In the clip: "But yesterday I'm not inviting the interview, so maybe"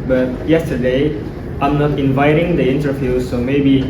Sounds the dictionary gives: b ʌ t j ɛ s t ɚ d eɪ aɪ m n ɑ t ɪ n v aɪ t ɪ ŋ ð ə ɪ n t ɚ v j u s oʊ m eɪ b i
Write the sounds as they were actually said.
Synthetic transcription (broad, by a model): b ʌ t j ɛ s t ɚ d eɪ aɪ m n ɑ t ɪ n v aɪ t ɪ ŋ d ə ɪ n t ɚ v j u s oʊ m eɪ b i